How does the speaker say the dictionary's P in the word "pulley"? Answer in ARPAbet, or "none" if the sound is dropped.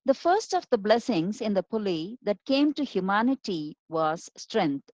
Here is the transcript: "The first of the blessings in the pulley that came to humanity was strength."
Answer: P